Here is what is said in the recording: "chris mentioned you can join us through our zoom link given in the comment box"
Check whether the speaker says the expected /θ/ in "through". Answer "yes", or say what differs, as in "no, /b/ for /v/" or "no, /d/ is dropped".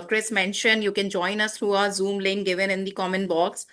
no, /t/ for /θ/